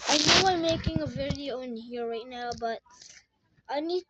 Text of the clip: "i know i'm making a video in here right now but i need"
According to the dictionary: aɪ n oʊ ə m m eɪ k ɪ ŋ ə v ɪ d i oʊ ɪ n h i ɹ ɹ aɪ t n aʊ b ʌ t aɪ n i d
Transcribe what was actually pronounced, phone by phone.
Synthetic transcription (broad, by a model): aɪ n oʊ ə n m eɪ k ɪ ŋ ə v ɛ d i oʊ ɪ n h i ɹ ɹ aɪ t n aʊ b ʌ t aɪ n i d